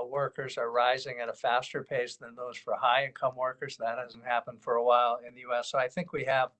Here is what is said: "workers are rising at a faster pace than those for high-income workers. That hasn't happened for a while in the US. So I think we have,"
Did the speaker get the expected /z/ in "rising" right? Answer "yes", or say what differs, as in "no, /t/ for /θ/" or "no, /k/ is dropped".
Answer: yes